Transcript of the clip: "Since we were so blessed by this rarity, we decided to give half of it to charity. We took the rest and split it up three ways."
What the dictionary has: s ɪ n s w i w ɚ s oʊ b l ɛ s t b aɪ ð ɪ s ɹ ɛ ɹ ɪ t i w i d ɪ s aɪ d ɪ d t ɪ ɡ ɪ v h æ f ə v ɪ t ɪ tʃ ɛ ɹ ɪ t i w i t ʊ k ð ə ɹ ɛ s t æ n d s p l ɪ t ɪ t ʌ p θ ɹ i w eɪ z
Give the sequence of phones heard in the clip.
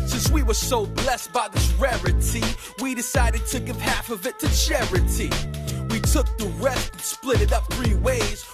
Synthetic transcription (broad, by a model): s ɪ n s w i w ɚ s oʊ b l ɛ s t b aɪ ð ɪ s ɹ ɛ ɹ ɪ t i w i d ɪ s aɪ d ɪ d t ɪ ɡ ɪ v h æ f ə v ɪ t ɪ tʃ ɛ ɹ ɪ t i w i t ʊ k ð ə ɹ ɛ s t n s p l ɪ t ɪ t ʌ p θ ɹ i w eɪ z